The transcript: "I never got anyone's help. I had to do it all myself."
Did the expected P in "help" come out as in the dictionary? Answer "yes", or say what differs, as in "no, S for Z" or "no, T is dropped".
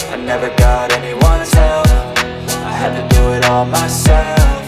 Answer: no, F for P